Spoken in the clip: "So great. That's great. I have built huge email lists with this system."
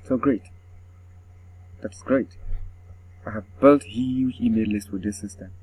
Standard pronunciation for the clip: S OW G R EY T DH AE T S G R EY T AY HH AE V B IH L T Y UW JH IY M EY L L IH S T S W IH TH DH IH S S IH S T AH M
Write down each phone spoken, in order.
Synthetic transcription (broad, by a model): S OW G R EY T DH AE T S G R EY T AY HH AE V B IH L T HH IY IY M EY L L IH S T W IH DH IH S S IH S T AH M